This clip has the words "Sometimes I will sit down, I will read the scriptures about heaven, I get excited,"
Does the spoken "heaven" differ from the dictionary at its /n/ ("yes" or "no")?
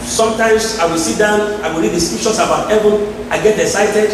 no